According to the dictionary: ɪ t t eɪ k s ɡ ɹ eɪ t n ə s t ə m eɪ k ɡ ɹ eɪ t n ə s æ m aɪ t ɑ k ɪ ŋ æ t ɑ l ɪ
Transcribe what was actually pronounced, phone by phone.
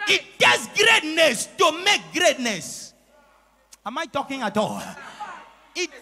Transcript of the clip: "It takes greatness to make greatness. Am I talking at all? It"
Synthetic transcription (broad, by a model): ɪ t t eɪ s ɡ ɹ eɪ t n ə s t ə m eɪ k ɡ ɹ eɪ t n ə s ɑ m aɪ t ɑ k ɪ ŋ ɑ t ɑ l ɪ